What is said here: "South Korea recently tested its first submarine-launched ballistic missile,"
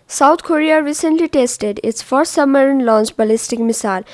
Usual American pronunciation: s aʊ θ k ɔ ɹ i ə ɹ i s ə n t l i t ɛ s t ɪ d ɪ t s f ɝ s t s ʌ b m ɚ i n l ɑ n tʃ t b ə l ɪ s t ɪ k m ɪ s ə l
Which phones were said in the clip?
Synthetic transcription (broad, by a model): s aʊ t k ɔ ɹ i ə ɹ i s ə n t l i t ɛ s t ɪ d ɪ t s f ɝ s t s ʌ m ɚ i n l ɑ n tʃ t b ə l ɪ s t ɪ k m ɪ s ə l